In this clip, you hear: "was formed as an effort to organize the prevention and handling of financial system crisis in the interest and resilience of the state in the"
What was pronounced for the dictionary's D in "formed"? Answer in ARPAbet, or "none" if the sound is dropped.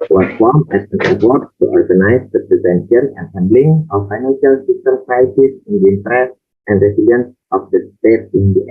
none